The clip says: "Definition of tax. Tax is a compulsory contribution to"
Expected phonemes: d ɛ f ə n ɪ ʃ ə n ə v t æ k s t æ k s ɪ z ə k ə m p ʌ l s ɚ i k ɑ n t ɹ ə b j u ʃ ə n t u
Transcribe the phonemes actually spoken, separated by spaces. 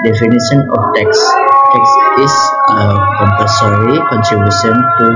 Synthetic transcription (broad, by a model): d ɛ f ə n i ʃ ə n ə f t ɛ k s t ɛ k s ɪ s ə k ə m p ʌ s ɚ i k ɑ n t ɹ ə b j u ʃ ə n t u